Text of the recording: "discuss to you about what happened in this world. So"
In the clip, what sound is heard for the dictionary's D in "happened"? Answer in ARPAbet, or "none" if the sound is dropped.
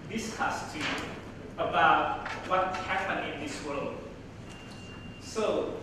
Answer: none